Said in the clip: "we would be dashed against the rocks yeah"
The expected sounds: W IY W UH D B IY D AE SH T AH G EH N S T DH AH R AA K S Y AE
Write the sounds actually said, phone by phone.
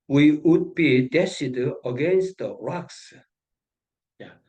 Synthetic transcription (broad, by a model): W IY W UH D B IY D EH S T AH G EH N S T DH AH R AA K S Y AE